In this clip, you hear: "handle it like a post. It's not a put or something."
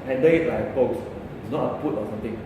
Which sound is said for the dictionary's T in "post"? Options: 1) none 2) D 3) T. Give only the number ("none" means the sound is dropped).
1